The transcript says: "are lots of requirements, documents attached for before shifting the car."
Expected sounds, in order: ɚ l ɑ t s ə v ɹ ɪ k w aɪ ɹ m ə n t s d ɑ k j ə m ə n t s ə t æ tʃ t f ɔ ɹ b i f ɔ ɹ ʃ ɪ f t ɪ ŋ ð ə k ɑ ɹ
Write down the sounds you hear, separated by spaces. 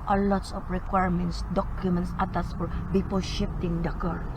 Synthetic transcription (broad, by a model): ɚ l ɑ t s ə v ɹ ɪ k w aɪ ɹ m ə n t s d ɑ k j ə m ə n t s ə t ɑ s f ɔ ɹ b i p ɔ l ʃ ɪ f t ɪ ŋ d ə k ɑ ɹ